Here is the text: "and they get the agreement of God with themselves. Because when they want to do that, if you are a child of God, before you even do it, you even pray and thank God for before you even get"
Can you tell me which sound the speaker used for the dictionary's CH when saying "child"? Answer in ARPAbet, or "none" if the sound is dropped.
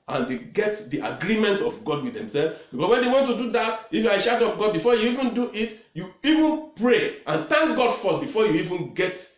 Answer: SH